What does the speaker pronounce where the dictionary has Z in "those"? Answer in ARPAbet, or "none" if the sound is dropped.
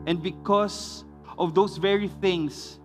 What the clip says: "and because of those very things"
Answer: S